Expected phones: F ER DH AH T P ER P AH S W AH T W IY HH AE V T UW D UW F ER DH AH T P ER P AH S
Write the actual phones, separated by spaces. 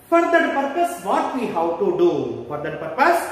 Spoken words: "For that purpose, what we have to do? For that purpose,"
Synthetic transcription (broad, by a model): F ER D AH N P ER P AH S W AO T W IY HH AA W T UW D UW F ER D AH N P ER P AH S